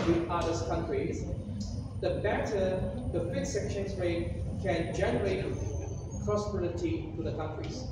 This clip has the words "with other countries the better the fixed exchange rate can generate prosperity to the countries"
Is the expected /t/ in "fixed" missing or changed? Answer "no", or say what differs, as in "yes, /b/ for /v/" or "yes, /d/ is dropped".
yes, /t/ is dropped